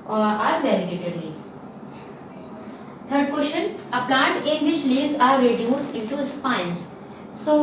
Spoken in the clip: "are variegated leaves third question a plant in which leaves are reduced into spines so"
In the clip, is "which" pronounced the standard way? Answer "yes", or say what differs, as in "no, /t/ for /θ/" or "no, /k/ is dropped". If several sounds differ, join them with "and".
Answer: no, /ʃ/ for /tʃ/